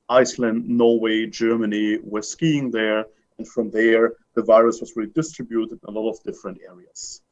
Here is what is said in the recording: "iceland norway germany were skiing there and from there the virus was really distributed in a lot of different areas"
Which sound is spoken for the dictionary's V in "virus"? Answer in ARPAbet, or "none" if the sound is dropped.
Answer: V